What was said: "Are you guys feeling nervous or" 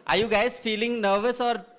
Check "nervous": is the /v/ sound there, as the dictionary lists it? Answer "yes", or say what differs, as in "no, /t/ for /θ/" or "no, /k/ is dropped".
yes